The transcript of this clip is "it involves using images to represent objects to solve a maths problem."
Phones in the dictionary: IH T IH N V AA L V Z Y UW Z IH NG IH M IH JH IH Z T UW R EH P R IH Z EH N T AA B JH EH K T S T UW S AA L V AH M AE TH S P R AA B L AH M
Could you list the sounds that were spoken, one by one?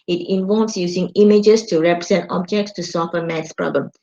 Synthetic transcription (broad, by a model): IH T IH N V AA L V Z Y UW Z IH NG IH M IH JH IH S T UW R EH P R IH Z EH N T AA B JH EH K T S T UW S AA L F AH M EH T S P R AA B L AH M